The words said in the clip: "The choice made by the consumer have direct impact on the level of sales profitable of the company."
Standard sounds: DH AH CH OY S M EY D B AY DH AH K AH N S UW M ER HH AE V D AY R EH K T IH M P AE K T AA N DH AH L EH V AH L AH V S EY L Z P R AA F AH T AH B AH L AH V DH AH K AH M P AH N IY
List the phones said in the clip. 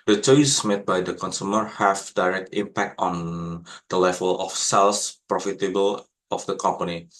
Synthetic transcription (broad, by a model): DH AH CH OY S M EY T B AY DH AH K AH N S UW M ER HH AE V D AY R EH K T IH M P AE K T AA N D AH L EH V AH L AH F S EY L S P R AA F AH T AH B AH L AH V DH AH K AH M P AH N IY